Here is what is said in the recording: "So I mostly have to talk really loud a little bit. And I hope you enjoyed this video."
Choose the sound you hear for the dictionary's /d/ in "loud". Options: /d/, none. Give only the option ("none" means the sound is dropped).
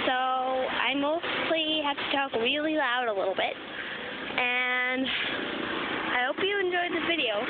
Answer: /d/